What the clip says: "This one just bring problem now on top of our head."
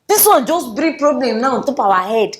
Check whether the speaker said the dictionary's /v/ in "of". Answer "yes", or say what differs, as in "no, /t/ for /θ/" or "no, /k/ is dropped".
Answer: no, /w/ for /v/